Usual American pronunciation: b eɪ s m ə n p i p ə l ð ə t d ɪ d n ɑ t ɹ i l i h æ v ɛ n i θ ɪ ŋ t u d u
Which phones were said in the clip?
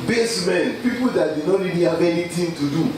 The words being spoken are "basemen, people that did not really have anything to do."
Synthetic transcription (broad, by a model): b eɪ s m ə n p i p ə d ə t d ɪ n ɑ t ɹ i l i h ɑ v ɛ n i t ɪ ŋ t u d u